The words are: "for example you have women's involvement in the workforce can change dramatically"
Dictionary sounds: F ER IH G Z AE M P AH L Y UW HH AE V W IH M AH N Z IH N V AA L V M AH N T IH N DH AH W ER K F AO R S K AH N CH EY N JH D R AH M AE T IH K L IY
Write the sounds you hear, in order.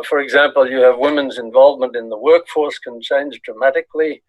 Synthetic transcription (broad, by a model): F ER IH G Z AE M P AH L Y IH V W IH M AH N Z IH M V AA L V M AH N T IH N DH AH W ER K F AO R S K AH N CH EY N Z D R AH M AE T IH K L IY